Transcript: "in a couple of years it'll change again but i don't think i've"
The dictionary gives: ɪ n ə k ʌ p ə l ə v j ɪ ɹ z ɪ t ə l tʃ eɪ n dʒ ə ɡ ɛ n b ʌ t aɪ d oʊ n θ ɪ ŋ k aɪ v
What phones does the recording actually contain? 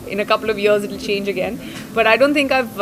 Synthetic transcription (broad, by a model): ɪ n ə k ʌ p ə l ə v j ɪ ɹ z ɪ t l tʃ eɪ n dʒ ə ɡ ɛ n b ʌ t aɪ d oʊ n t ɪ ŋ k aɪ v